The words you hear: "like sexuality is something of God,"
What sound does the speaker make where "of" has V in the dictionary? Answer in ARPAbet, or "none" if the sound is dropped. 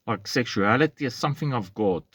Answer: V